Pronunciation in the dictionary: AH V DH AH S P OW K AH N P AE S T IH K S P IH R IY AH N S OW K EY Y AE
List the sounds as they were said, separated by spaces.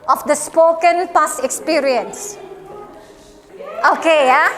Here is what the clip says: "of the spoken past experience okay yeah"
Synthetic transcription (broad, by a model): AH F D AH S P OW K AH N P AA S IH K S P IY R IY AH N S OW K EY Y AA